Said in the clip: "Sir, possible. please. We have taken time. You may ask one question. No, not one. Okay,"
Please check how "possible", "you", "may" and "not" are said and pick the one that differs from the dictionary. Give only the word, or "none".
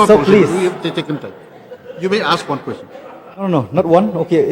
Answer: possible